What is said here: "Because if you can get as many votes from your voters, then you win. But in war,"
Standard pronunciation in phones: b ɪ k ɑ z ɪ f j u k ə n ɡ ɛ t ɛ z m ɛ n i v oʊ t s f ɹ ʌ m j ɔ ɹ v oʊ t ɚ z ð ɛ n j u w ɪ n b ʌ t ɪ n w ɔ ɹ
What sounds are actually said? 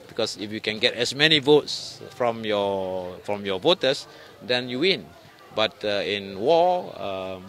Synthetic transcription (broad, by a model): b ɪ k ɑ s ɪ f j u k ə n ɡ ɛ t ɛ s m ɛ n i v oʊ t s f ɹ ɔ m j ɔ ɹ v oʊ t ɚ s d ɛ n j u w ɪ n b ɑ t ɪ n w ɔ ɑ